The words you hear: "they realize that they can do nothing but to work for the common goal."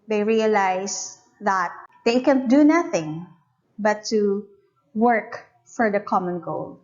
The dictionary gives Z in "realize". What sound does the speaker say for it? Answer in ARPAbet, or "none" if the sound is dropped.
S